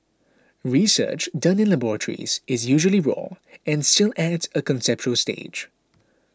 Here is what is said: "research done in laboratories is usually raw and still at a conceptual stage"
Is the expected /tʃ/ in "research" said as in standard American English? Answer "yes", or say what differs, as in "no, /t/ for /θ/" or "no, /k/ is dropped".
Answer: yes